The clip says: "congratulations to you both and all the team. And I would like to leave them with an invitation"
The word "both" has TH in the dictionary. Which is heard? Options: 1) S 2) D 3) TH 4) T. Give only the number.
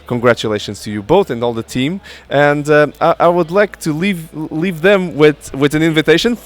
3